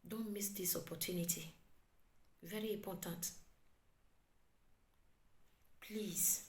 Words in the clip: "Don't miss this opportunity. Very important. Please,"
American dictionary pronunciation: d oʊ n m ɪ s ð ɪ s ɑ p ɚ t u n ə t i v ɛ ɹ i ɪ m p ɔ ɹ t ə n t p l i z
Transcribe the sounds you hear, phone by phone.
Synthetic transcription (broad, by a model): d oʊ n m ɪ s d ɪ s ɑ p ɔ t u n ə t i v ɛ ɹ i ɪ p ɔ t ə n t p l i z